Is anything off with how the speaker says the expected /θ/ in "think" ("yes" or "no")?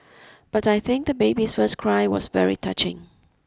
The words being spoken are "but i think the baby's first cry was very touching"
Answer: no